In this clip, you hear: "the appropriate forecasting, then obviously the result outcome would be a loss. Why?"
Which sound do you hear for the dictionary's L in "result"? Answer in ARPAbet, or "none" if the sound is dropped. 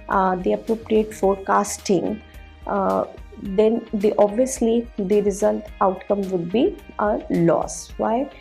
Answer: L